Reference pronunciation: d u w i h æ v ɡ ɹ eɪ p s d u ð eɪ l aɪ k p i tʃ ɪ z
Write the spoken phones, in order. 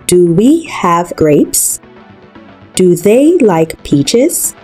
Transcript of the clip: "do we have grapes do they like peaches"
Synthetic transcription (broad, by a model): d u w i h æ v ɡ ɹ eɪ p s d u ð eɪ l aɪ k p i tʃ ɪ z